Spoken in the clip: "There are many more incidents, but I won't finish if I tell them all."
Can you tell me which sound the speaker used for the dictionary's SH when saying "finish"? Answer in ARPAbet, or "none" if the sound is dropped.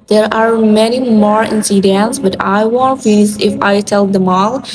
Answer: S